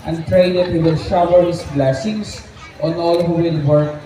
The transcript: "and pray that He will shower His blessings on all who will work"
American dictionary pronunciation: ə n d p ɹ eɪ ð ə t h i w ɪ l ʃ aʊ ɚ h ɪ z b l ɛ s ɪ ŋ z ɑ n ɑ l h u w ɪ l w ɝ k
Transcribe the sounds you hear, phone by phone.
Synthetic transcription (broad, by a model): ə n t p ɹ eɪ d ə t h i w ɪ l ʃ aʊ ɚ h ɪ s b l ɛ s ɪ ŋ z ɑ n ɑ l h u w ɪ l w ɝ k